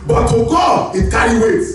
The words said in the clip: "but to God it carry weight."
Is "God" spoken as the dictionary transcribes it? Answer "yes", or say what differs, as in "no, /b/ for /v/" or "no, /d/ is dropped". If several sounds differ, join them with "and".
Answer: no, /d/ is dropped